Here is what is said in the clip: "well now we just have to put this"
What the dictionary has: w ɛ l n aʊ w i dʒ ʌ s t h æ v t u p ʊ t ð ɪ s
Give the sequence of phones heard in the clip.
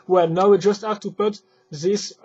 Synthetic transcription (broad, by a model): w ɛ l n aʊ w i dʒ ʌ s t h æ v t u p ʊ t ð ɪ s